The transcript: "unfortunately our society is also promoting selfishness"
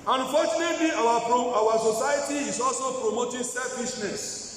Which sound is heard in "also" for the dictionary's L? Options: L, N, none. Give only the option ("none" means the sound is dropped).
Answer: L